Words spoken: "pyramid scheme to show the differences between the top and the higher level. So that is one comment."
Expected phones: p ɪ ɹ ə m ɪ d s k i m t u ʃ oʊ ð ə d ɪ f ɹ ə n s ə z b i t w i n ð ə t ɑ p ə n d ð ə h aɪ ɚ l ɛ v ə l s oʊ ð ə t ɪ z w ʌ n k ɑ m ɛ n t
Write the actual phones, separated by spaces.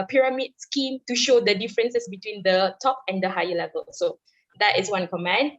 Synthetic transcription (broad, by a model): p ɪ ɹ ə m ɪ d s k i m t u ʃ oʊ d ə d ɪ f ɹ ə n s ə s b i t w i n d ə t ɑ p ə n d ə h aɪ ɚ l ɛ v ə l s oʊ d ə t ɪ s w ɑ n k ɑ m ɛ n